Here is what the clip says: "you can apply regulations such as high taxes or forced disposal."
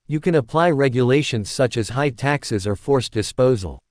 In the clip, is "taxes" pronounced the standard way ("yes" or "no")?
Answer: yes